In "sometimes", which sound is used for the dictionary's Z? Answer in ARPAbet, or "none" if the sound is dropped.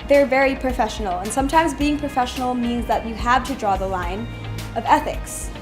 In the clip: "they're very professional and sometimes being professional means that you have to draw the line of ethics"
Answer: Z